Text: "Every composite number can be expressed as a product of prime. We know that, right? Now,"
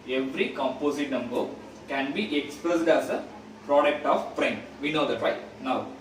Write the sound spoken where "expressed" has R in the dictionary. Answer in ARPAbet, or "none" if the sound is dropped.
none